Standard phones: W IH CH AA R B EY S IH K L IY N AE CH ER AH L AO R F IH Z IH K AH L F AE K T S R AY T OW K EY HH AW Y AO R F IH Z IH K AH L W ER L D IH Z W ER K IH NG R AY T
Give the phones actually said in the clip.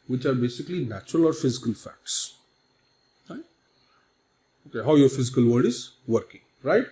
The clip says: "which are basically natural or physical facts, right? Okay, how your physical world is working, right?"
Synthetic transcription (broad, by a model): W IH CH AA R B EY S IH K L IY N AE CH ER AH L AO R F IH Z IH K AH L F AE K T S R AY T OW K EY HH AW Y AO R F IH Z IH K AH L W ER D IH Z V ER K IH NG R AY T